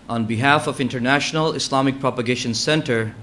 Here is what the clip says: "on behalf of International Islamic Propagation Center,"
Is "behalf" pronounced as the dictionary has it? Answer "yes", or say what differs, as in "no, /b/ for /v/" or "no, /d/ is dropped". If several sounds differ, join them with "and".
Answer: yes